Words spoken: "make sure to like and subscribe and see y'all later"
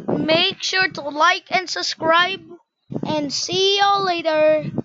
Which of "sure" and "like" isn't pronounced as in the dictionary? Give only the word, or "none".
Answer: none